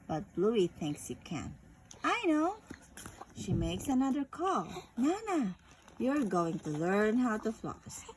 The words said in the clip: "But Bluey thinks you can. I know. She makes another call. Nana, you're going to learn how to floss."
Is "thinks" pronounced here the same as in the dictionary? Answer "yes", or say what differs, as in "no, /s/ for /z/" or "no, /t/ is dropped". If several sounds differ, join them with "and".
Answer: yes